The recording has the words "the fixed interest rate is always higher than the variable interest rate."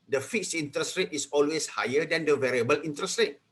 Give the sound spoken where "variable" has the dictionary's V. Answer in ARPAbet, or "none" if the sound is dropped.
V